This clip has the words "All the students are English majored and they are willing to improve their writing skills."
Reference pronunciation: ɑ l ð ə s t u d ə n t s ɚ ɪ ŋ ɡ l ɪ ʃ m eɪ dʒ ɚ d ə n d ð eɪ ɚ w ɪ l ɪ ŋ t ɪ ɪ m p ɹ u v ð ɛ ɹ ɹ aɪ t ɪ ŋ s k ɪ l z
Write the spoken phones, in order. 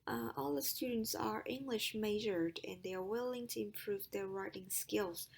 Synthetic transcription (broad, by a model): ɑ l ð ə s t u d n t s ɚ ɪ ŋ ɡ l ɪ ʃ m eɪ ʒ ɚ d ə n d ð eɪ ɚ w ɪ l ɪ ŋ t ɪ ɪ m p ɹ u v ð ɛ ɹ ɹ aɪ t ɪ ŋ s k ɪ l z